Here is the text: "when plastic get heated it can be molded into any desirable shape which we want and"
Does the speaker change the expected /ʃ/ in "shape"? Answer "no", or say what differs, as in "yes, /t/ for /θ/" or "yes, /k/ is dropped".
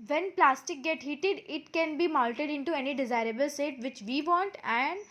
yes, /s/ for /ʃ/